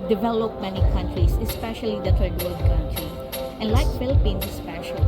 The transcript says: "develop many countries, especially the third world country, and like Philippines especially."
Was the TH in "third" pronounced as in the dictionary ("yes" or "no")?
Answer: no